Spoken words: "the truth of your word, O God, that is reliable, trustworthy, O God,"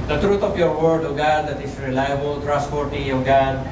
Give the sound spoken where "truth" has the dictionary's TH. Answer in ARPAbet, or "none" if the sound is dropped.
T